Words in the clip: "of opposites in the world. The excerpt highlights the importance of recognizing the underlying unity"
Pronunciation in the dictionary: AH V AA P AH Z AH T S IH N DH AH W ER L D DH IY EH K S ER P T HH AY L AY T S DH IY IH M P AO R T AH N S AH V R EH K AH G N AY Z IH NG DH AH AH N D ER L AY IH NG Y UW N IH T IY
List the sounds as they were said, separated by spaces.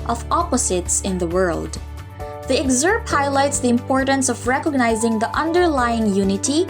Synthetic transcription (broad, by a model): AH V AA P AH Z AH T S IH N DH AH W ER L D DH IY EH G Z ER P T HH AY L AY T S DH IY IH M P AO R T AH N S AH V R EH K AH G N AY Z IH NG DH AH AH N D ER L AY IH NG Y UW N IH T IY